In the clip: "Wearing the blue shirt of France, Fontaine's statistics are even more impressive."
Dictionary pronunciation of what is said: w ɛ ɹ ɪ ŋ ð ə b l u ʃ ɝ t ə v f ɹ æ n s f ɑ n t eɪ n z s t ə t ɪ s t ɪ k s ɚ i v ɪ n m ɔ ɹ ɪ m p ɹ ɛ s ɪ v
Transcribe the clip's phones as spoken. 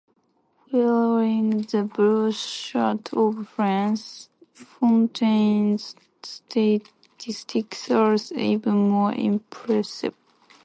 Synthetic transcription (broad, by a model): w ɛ l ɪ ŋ ð ə b u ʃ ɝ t ə v f ɹ æ n s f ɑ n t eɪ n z s t ə t ɪ s t ɪ k s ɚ i v ɪ n m ɔ ɹ ɪ m p ɹ ɛ s ɪ v